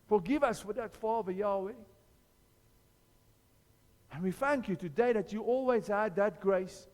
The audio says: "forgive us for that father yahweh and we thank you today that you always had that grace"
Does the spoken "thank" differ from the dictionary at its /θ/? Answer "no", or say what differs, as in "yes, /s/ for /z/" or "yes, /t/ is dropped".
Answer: no